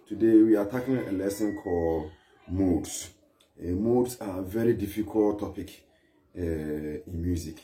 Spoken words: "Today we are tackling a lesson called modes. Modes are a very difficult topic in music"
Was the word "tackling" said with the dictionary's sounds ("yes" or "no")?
no